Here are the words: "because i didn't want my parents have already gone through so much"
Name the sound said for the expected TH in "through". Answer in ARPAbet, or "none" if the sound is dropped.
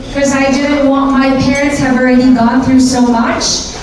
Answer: TH